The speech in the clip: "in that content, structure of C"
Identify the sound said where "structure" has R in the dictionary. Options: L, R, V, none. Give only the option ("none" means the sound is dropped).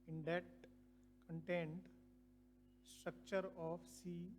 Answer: R